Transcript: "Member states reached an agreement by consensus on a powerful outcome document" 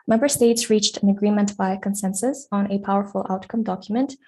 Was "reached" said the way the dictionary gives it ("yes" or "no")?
yes